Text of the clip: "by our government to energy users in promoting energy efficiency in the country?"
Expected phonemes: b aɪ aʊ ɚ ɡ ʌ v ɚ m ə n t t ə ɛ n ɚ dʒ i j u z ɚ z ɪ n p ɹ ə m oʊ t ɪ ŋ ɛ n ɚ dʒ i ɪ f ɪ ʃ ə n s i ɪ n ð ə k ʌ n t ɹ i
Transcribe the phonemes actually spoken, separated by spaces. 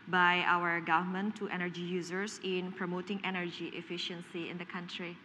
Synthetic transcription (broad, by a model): b aɪ aʊ ɚ ɡ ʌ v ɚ m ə n t t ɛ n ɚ dʒ i j u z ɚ s ɪ n p ɹ ə m oʊ t ɪ ŋ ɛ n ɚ dʒ i ɪ f ɪ ʃ ə n s i ɪ n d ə k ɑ n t ɹ i